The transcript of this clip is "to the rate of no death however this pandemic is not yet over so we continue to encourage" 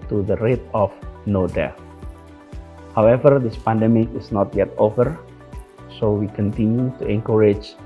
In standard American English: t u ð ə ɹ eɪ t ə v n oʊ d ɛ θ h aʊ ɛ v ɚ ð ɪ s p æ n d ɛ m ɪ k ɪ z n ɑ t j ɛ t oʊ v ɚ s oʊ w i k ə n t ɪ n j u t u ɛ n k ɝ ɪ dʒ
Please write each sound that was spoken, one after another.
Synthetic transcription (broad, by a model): t u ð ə ɹ eɪ t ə f n oʊ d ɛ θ h aʊ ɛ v ɚ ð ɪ s p æ n d ɛ m ɪ k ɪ s n ɑ t j ɛ t oʊ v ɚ s oʊ w i k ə n t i n j u t u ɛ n k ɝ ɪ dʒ